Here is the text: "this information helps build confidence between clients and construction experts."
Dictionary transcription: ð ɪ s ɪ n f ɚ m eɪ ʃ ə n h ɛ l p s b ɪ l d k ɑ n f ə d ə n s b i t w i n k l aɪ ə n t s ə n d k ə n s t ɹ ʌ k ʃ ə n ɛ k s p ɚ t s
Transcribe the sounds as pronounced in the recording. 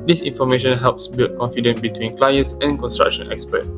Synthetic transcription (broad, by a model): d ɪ s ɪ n f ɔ m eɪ ʃ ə n h ɛ l p s b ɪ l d k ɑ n f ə d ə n b i t w i n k l aɪ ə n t s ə n k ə n s t ɹ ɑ k ʃ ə n ɛ k s p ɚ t